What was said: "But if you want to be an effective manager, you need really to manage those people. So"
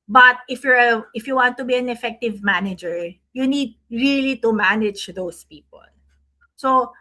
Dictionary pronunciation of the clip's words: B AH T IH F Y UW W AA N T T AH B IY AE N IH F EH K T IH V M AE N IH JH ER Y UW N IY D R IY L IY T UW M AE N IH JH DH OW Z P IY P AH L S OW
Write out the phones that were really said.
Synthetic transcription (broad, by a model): B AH T IH F Y UW W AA N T T AH B IY AE N IH F EH K T IH V M AE N IH JH ER Y UW N IY D R IY L IY T UW M AE N IH JH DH OW S P IY P AH L S OW